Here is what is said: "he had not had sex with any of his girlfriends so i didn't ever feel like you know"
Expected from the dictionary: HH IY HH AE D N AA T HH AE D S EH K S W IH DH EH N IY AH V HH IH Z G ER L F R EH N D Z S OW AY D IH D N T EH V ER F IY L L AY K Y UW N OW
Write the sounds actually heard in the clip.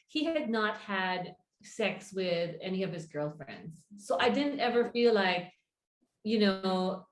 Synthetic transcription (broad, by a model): HH IY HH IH D N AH T HH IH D S EH K S W IH DH EH N IY AH V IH Z G ER L F R EH N D Z S OW AY D IH D N T EH V ER F IY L L AY K Y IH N OW